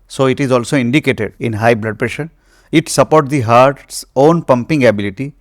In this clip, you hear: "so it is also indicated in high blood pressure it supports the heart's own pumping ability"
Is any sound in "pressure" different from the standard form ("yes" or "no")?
no